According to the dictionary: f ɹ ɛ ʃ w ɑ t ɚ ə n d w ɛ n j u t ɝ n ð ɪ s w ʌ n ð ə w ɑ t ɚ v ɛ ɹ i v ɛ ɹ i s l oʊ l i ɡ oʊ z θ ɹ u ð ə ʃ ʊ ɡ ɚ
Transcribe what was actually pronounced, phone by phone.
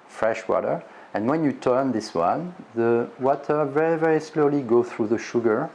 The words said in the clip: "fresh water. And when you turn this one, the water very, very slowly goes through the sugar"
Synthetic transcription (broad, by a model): f ɹ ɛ ʃ w ɑ t ɚ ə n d w ɛ n j u t ɝ n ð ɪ s w ʌ n ð ə w ɑ t ɚ v ɛ ɹ i v ɛ ɹ i s l oʊ l i ɡ oʊ θ ɹ u ð ə ʃ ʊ ɡ ɚ